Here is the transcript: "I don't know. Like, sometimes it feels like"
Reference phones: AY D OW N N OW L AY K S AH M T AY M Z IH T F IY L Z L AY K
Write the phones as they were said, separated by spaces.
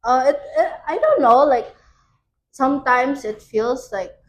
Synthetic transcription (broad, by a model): AY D OW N N OW L AY K S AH M T AY M S IH T F IY L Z L AY K